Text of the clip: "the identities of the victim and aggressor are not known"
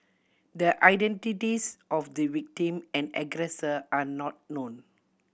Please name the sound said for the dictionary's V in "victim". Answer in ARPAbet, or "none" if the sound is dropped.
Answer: W